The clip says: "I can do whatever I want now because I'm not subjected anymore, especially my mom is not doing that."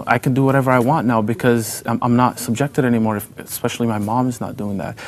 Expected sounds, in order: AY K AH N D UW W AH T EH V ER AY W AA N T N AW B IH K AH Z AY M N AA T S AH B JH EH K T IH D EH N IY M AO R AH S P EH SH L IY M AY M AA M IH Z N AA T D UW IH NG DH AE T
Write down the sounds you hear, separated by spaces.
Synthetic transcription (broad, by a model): AY K AH N D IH W AH T EH V ER AY W AA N N AW B IH K AH Z AY M N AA T S AH B JH EH K T IH D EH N IY M AO R AH S P EH SH L IY M AY M AA M IH Z N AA T D UW IH NG DH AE T